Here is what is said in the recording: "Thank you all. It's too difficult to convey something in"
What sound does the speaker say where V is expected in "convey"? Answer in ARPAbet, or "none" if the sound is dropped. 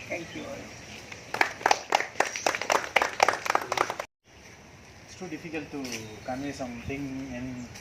none